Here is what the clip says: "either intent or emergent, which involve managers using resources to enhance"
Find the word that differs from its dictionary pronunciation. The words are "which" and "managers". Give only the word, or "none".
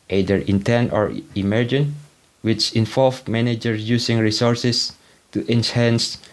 managers